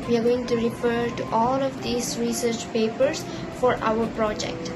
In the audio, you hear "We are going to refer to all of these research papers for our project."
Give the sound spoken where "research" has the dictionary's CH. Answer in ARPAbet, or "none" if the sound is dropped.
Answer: CH